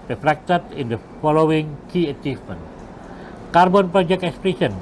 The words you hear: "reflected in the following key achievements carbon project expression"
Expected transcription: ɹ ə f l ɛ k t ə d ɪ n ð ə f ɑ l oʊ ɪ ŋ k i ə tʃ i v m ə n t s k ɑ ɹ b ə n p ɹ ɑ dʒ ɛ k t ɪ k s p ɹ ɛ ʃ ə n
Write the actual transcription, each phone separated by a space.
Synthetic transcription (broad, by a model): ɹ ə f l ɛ k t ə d ɪ n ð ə f ɑ l oʊ ɪ ŋ k i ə tʃ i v m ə n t k ɑ ɹ b ə n p ɹ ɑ dʒ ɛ k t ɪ k s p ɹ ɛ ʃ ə n